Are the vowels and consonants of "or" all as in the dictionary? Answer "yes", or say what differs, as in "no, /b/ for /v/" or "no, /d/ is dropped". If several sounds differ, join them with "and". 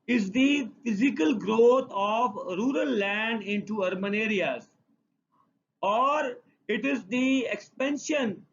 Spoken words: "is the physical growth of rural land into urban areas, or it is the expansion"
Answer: yes